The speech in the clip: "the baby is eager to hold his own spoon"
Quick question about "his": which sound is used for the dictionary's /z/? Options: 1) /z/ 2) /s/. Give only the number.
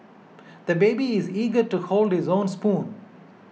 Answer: 1